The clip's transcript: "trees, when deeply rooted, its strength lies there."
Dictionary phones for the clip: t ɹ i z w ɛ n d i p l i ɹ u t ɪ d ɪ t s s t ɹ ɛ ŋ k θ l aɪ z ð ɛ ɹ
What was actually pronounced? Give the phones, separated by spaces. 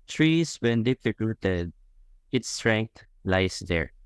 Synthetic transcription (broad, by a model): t ɹ i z w ɛ n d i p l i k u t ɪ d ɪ t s s t ɹ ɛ ŋ k t l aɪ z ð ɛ ɹ